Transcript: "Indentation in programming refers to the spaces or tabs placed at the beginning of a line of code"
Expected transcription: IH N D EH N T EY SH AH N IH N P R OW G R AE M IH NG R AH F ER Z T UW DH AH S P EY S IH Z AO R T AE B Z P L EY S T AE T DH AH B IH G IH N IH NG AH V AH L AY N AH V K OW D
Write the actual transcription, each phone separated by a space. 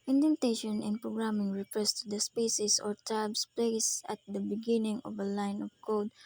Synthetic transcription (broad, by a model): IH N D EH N T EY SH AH N IH N P R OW G R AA M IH NG R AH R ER S T UW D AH S P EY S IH S AO R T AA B S P L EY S AA T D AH B IH G IH N IH NG AH V AH L AY N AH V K OW D